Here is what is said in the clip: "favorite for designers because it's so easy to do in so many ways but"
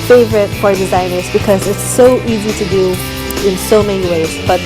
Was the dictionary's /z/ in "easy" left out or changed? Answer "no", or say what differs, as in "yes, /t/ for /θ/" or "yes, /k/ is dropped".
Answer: no